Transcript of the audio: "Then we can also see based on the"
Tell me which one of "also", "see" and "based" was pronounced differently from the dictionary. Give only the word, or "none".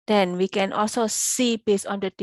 based